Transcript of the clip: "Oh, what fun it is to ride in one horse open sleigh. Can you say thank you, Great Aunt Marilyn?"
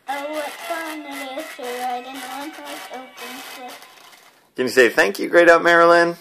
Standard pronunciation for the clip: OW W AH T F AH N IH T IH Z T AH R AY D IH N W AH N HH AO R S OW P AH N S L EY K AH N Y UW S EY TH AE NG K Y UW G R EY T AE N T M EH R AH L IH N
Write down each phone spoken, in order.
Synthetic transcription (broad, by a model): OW W AH T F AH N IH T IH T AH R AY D IH N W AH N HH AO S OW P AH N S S K AH N Y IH S EY TH AE NG K Y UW G R EY T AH M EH R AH L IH N